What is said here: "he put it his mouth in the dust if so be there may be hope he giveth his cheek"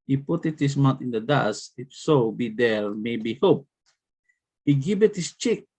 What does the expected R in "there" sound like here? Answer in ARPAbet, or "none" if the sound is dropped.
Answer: L